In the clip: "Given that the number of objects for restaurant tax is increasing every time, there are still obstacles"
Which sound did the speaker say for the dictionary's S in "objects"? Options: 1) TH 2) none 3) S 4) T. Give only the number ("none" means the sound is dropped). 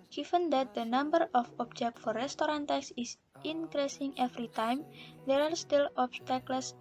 2